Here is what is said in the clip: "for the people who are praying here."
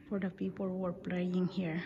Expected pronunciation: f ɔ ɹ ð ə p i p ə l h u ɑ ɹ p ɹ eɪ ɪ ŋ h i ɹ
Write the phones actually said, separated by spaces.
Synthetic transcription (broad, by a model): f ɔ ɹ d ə p i p ə l h u ɑ ɹ p l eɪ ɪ ŋ h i ɹ